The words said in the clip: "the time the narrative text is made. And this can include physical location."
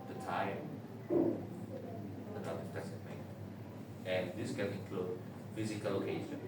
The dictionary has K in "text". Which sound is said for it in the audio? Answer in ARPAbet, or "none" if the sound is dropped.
none